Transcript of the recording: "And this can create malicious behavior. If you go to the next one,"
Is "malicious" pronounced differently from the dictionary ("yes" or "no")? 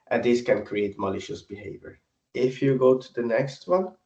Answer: no